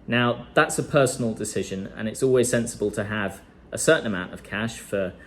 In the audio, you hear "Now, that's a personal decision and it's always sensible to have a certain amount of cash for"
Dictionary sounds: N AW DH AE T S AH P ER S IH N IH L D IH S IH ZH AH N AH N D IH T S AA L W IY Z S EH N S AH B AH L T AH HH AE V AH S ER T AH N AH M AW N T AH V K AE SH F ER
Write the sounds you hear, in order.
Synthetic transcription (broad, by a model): N AW DH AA T S AH P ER S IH N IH L D IH S IH ZH AH N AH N IH T S AA L W IY Z S EH N S AH B AH L T AH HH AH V AH S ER T N AH M AW N T AH V K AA SH F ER